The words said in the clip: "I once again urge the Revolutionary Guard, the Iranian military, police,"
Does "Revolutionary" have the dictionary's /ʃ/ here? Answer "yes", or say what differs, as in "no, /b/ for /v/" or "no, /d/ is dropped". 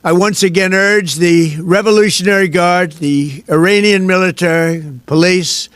yes